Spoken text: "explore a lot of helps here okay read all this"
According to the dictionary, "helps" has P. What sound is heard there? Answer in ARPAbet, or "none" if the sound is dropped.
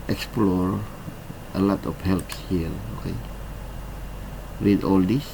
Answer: P